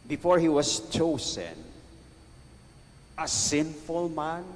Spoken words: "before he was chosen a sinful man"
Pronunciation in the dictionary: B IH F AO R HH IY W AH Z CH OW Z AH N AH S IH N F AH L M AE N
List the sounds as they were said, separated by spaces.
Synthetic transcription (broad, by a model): B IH F AO R HH IY W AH S CH OW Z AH N AH S IH N F AH L M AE N